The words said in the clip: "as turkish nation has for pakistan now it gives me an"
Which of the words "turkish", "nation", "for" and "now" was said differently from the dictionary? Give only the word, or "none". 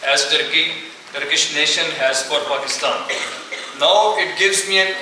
none